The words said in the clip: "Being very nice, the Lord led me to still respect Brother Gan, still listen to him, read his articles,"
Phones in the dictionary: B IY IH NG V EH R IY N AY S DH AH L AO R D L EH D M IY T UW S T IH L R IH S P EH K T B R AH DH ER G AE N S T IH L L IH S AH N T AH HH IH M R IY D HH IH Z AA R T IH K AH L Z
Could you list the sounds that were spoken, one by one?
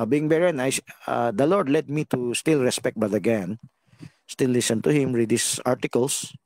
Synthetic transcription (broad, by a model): B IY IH NG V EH R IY N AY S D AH L AO R D L EH D M IY T UW S T IH L R IH S P EH K T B AH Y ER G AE N S T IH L L IH S AH N T AH HH IH M R IY D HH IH S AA R T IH K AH L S